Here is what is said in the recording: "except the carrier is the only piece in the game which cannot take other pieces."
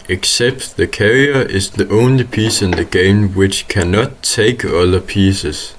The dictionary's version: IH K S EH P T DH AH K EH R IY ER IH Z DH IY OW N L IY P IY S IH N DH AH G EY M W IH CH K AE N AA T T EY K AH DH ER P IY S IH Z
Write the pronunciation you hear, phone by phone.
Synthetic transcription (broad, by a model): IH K S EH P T DH AH K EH R IY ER IH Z DH IY OW N L IY P IY S IH N DH AH G EY M W IH CH K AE N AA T T EY K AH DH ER P IY S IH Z